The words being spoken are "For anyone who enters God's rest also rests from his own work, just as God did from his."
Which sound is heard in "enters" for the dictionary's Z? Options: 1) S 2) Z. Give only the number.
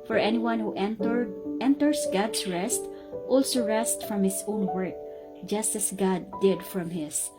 1